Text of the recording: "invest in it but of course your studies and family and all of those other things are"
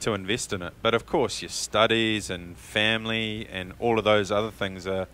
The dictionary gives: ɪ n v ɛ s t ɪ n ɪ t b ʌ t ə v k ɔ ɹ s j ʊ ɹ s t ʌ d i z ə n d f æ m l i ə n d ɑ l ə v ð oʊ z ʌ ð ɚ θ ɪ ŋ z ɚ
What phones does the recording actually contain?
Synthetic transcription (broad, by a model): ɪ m v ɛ s t ɪ n ɪ t b ʌ t ə v k ɔ ɹ s j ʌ ɹ s t ʌ d i z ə n f æ m l i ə n ɑ l ə v ð oʊ z ʌ ð ɚ θ ɪ ŋ z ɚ